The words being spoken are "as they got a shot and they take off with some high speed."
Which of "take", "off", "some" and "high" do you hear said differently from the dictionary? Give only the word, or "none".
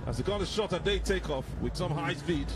none